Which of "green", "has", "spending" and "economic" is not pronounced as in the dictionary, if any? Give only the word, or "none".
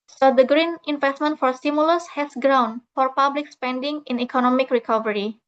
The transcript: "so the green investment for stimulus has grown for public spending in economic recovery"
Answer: has